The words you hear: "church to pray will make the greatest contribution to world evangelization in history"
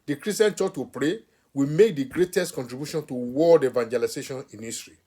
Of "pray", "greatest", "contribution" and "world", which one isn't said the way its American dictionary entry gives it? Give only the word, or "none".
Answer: world